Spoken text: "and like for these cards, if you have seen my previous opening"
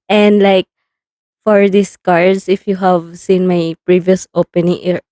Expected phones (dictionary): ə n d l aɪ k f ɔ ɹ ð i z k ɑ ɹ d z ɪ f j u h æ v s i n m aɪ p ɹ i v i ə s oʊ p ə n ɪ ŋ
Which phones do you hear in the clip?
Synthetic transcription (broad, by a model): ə n d l aɪ k f ɔ ɹ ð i s k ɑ ɹ d s ɪ f j u h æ v s i n m aɪ p ɹ i v i ə s oʊ p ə n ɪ ŋ